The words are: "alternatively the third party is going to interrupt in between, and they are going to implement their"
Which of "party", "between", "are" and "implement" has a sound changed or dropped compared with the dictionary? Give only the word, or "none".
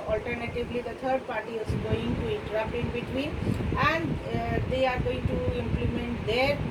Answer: between